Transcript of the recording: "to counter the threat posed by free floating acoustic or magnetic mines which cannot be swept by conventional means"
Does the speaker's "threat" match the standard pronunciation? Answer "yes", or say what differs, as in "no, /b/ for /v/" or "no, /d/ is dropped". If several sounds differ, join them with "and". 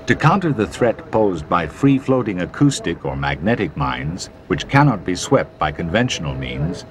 yes